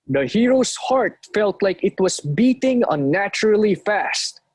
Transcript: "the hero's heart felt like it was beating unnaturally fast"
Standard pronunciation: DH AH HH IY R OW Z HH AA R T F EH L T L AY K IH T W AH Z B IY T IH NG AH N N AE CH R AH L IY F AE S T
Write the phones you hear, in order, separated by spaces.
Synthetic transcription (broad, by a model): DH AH HH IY R OW S HH AA R T F EH L T L AY K IH T W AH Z B IY T IH NG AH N N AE CH R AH L IY F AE S T